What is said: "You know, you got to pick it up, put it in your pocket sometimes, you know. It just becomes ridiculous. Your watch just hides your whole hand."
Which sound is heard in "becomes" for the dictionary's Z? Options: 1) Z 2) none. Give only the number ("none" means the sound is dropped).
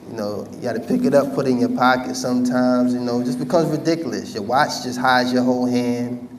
1